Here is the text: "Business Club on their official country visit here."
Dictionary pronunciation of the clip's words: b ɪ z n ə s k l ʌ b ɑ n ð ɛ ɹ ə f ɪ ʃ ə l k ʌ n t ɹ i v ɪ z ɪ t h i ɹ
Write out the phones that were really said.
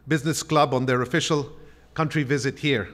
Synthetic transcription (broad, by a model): b ɪ z n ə s k l ʌ b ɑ n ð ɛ ɹ ə f ɪ ʃ ə l k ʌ n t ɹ i v ɪ z ɪ t h i ɹ